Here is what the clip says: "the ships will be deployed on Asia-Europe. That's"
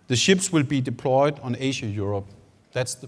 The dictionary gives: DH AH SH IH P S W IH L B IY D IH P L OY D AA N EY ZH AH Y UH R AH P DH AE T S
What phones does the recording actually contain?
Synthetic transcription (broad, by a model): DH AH SH IH P S W IH L B IY D IH P L OY D N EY SH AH Y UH R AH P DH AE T S